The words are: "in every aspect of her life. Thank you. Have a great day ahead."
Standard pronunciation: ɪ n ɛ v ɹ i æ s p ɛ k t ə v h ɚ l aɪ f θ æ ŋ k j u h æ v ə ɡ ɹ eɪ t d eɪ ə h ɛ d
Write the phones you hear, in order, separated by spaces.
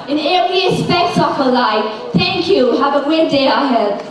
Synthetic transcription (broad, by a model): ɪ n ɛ ɹ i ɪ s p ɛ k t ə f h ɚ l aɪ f θ æ ŋ k j u h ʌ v ə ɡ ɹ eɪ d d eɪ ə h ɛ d